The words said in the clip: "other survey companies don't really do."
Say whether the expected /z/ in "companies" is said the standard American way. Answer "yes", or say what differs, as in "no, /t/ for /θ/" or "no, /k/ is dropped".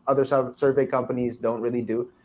yes